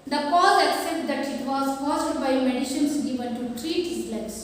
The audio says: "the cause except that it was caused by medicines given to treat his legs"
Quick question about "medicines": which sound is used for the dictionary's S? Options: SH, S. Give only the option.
SH